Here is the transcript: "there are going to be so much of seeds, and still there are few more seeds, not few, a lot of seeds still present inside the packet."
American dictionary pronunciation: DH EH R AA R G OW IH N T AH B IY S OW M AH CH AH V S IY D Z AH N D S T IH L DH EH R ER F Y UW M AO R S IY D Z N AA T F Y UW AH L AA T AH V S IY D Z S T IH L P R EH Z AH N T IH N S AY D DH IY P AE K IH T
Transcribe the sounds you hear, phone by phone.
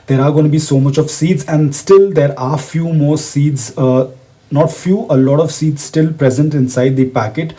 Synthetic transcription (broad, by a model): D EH R AA R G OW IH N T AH B IY S OW M AH CH AH V S IY D Z AH N D S T IH L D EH R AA F Y UW M AO R S IY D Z N AA T F Y UW AH L AA T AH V S IY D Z S T IH L P R EH Z AH N T IH N S AY D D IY P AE K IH T